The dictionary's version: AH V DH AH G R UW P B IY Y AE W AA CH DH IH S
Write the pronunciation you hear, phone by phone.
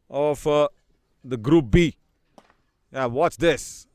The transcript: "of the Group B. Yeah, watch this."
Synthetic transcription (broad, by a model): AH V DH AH G R UW P B IY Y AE W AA S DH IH S